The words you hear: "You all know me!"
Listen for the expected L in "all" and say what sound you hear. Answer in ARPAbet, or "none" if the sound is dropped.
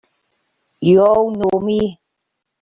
W